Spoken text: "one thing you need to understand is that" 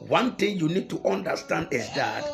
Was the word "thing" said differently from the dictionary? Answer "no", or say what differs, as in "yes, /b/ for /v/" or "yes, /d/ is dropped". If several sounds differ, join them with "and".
yes, /t/ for /θ/